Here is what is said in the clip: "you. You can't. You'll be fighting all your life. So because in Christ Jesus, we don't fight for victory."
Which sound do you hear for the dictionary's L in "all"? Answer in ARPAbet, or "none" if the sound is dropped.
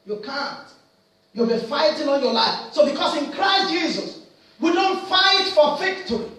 N